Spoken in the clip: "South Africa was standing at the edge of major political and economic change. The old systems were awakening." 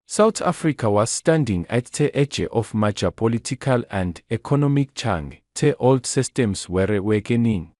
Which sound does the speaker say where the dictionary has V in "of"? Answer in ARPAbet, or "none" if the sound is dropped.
F